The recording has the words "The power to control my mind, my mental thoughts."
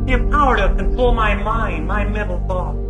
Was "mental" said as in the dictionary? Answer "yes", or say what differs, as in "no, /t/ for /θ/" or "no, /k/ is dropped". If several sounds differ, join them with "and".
no, /n/ is dropped